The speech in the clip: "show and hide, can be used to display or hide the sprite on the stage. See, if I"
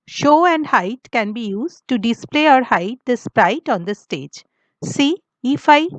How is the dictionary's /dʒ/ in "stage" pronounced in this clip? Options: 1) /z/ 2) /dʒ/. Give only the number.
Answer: 2